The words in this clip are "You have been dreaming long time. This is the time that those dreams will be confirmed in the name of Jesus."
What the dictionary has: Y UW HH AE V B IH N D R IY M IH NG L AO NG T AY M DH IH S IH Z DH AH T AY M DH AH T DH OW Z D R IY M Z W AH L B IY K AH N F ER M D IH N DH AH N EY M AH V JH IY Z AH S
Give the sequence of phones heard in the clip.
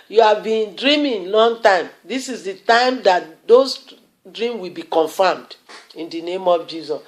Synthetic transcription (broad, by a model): Y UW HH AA V B IH N D R IY M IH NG L AO NG T AY M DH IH S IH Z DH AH T AY M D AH T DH OW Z D R IY M W AH L B IY K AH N F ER M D IH N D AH N EY M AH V JH IY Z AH S